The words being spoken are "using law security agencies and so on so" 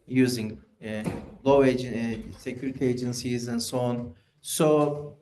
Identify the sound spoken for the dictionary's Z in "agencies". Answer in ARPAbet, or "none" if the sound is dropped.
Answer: Z